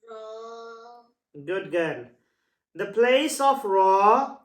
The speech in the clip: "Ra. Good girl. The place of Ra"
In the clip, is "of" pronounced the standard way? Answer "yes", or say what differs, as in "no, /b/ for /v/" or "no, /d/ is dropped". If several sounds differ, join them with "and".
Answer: no, /f/ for /v/